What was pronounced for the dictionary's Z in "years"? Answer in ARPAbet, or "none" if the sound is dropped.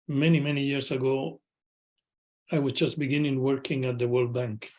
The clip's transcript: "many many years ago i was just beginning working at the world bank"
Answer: S